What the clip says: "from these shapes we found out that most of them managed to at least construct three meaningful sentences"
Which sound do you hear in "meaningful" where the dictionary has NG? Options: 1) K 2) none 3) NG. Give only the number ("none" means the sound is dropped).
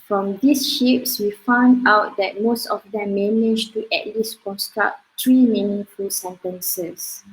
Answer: 2